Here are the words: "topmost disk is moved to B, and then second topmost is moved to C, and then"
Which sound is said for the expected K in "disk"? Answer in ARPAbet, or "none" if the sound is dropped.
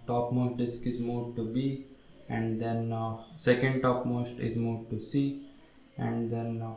K